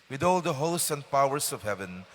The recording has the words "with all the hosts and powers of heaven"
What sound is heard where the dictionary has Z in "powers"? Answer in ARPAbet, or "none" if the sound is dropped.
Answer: S